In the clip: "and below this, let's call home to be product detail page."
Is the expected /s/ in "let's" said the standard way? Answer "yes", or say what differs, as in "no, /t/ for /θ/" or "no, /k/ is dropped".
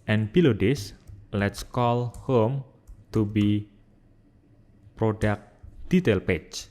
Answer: yes